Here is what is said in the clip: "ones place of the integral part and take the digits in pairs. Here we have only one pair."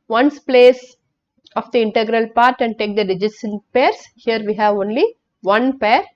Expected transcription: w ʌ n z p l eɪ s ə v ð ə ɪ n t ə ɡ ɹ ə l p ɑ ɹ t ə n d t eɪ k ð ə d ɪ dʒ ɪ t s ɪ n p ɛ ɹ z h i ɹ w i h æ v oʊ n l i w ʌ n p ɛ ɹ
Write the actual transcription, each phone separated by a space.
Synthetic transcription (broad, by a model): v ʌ n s p l eɪ s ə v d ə ɪ n t ə ɡ ɹ ə l p ɑ ɹ t ə n d t eɪ k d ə d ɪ dʒ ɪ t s ɪ n p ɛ ɹ s h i ɹ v i h æ v oʊ n l i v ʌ n p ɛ ɹ